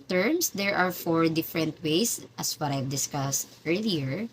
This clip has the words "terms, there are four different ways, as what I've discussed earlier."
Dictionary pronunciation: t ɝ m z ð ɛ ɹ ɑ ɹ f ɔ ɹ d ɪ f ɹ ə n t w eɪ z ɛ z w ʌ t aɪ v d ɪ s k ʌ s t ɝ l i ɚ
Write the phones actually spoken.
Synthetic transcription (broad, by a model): t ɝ m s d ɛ ɹ ɑ ɹ f ɔ ɹ d ɪ f ɹ ə n t w eɪ s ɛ s w ʌ t aɪ v d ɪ s k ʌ s t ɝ l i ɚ